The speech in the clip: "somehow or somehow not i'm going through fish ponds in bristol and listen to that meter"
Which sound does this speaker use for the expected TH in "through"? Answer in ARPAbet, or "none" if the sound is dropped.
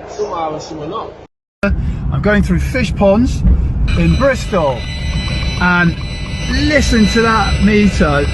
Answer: TH